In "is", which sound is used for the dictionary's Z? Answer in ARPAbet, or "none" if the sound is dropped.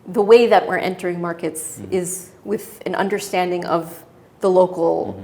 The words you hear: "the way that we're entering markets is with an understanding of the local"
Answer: Z